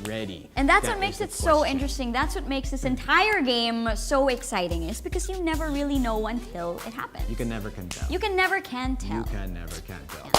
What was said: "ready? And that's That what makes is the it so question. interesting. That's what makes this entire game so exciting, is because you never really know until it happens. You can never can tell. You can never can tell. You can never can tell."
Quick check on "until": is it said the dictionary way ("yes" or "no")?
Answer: yes